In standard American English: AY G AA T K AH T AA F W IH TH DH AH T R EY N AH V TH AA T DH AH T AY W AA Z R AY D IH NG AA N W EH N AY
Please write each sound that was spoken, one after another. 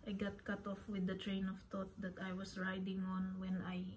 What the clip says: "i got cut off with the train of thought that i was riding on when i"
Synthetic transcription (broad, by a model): AY G AA T K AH T AA F W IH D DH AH T R EY N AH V T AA T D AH T AY W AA S R AY D IH NG AA N W EH N AY